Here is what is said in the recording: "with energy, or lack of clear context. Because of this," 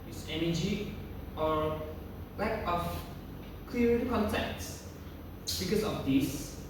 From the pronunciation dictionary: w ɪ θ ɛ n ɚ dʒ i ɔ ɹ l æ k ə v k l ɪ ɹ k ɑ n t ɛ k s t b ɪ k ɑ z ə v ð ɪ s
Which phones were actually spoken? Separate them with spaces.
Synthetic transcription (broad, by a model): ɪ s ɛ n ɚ dʒ i ɔ ɹ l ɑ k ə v k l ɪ ɹ k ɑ n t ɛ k t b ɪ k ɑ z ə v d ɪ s